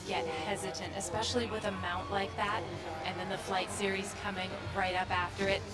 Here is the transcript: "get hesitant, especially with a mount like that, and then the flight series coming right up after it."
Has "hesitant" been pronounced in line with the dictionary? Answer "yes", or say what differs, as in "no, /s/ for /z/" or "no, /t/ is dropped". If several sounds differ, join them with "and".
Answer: yes